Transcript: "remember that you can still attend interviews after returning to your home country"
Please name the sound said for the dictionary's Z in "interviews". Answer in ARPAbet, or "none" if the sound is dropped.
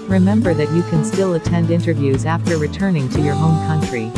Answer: Z